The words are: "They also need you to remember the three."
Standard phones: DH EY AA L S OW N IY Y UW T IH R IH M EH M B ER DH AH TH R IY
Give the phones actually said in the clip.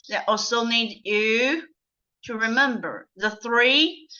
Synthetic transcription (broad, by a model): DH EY AA L S OW N IY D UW T IH R IH M EH M B ER DH AH TH R IY